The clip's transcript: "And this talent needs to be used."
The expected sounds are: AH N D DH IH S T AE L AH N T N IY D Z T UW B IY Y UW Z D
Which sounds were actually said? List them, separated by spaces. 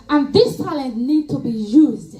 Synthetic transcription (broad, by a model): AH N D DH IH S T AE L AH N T N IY D T UW B IY Y UW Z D